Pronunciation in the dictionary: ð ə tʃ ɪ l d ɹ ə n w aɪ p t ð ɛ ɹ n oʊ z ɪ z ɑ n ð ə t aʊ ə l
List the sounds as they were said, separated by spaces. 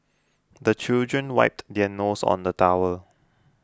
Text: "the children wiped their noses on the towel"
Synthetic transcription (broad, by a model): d ə tʃ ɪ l d ɹ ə n w aɪ p t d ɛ n oʊ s ɑ n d ə t aʊ ə l